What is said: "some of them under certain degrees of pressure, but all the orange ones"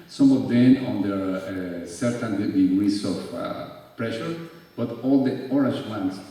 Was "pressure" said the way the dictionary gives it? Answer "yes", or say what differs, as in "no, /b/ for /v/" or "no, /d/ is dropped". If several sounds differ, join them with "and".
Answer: yes